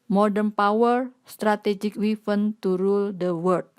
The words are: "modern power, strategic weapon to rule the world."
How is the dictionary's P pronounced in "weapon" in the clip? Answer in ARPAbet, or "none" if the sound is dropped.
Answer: F